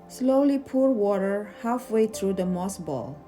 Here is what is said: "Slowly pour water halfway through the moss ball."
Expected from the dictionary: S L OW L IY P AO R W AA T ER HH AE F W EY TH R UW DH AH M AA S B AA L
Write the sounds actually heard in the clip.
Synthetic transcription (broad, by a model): S L OW L IY P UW R W AA T ER HH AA F W EY T R UW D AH M AA S B AA L